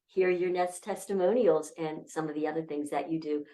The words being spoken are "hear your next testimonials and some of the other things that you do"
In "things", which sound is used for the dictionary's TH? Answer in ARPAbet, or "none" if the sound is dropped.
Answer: TH